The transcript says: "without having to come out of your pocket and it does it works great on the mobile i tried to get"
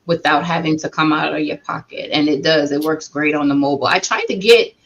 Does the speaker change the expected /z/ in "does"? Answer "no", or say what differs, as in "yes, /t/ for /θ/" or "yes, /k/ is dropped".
no